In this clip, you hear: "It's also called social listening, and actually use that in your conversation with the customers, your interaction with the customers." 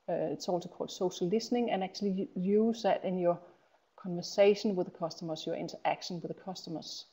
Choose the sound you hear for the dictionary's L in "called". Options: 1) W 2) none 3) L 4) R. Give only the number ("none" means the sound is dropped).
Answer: 2